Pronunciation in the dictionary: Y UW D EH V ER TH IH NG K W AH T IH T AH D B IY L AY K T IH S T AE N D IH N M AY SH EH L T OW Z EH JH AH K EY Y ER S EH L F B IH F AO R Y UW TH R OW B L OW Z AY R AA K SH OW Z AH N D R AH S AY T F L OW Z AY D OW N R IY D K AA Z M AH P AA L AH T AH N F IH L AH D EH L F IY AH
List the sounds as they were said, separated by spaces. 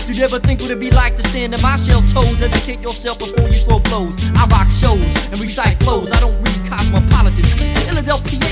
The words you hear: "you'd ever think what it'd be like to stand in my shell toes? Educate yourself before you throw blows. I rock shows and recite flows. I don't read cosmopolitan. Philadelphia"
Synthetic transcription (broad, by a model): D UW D EH V ER TH IH NG K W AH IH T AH B IY L AY K T IH S T AE N D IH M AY SH EH L T OW Z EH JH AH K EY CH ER S EH L F B IH F AO R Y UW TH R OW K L OW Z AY R AA K SH OW Z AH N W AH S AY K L OW Z AY D OW N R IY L K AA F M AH P AA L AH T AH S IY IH L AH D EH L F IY